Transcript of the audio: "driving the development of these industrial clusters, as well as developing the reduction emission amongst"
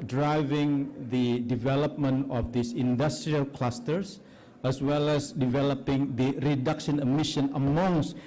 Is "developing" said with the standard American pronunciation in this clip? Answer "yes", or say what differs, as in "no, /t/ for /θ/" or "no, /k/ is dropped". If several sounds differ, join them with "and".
yes